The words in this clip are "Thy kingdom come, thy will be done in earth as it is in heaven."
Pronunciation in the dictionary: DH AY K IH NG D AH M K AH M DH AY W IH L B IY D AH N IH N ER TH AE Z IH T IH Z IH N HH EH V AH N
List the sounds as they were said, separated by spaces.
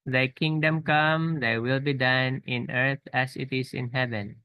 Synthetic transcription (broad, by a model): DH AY K IH NG D AH M K AH M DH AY W IH L B IY D AH N IH N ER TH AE S IH T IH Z IH N HH EH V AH N